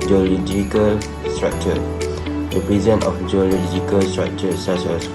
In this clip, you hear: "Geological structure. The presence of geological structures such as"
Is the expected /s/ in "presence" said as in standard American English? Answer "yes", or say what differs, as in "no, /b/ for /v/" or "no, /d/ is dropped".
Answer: no, /s/ is dropped